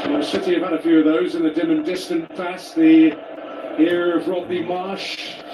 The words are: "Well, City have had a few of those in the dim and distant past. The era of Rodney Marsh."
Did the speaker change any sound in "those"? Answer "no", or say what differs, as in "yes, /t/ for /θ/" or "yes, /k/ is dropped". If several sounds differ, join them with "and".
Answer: no